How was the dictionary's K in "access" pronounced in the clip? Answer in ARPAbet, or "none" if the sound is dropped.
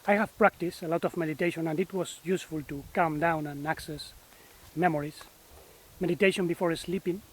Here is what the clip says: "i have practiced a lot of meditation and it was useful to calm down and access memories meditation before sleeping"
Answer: K